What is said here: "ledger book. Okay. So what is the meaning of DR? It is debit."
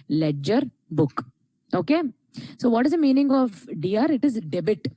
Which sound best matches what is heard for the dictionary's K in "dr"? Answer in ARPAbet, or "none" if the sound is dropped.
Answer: none